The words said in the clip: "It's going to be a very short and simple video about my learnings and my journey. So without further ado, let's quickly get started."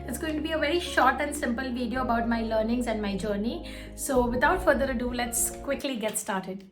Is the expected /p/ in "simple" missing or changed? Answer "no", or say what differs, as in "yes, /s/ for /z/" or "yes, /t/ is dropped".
no